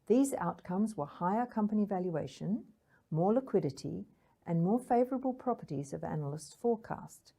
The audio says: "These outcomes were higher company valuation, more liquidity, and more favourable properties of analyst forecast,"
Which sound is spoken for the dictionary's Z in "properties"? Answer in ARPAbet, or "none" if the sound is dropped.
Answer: Z